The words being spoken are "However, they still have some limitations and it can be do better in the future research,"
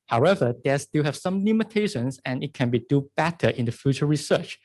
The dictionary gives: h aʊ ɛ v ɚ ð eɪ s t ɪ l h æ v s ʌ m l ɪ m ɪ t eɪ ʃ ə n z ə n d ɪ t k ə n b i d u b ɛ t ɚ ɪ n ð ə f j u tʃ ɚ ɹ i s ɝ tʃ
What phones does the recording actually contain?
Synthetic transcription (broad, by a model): h aʊ ɛ v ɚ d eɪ s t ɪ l h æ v s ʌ m l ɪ m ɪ t eɪ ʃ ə n s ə n ɪ t k ə n b i d u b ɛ t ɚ ɪ n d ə f j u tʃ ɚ ɹ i s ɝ tʃ